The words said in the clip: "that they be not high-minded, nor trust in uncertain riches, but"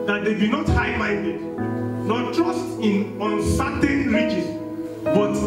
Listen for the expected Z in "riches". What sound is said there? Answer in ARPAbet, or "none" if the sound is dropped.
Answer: S